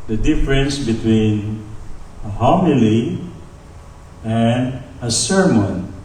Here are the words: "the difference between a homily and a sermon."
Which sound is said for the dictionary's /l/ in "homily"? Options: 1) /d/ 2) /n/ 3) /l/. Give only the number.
3